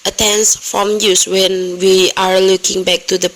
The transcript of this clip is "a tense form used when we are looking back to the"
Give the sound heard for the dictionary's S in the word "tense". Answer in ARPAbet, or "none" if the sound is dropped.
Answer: S